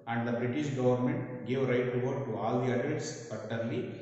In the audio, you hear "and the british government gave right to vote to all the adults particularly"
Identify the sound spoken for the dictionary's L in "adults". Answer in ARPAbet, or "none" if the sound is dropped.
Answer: none